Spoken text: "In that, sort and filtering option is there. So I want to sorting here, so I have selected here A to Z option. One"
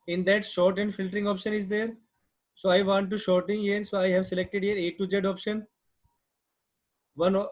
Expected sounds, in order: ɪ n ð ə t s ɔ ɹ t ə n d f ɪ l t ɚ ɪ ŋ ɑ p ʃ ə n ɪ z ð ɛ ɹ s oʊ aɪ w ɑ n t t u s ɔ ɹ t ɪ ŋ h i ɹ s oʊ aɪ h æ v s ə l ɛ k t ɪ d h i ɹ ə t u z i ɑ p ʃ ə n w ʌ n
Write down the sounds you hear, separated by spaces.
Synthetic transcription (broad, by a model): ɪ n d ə t ʃ ɔ ɹ t ə n d f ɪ l t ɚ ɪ ŋ ɑ p ʃ ə n ɪ z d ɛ ɹ s oʊ aɪ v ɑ n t t u ʃ ɔ ɹ t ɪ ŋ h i ɹ s oʊ aɪ h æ v s ə l ɛ k t ɪ d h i ɹ ə t u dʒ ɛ ɑ p ʃ ə n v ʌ n